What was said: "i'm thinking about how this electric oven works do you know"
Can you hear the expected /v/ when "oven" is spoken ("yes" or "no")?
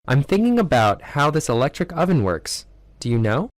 yes